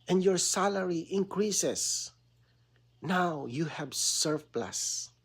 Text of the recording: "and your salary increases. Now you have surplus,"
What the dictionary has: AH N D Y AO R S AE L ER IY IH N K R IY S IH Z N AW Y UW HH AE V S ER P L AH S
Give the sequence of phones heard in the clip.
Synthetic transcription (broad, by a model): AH N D Y AO R S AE L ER IY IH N K R IY S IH S N AW Y UW HH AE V S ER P L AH S